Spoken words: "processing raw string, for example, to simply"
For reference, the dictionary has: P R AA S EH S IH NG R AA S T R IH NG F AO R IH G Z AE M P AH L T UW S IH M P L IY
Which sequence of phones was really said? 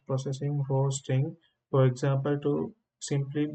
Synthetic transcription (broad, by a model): P R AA S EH S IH NG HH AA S T IH NG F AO R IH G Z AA M P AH L T UW S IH M P L IY